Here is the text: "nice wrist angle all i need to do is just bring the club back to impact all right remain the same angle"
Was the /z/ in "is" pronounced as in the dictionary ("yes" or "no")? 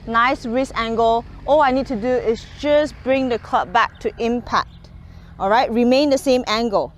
no